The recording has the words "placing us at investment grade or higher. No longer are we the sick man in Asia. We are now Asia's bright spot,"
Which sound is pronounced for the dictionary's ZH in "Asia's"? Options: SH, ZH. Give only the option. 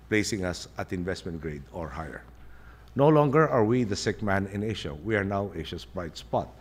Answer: SH